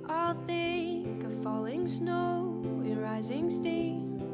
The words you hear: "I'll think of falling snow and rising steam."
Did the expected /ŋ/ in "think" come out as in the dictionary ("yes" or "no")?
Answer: no